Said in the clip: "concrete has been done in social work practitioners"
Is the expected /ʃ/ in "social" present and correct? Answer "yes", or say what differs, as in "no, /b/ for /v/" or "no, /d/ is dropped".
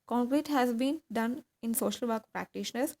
yes